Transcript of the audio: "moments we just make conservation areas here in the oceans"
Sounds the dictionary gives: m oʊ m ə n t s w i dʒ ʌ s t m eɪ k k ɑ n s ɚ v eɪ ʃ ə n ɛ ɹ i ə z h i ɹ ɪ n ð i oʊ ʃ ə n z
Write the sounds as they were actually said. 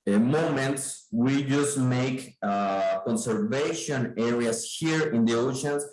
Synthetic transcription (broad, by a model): m oʊ m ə n t s w i dʒ ʌ s t m eɪ k k ɑ n s ɚ v eɪ ʃ ə n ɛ ɹ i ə s h i ɹ ɪ n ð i oʊ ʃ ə n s